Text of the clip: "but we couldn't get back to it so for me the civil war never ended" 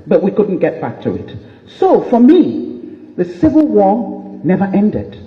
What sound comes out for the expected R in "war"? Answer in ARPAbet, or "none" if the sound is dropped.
R